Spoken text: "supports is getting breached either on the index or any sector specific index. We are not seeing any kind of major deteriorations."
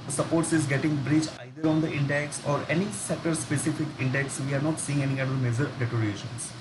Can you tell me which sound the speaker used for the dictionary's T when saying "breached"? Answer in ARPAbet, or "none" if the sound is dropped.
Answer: none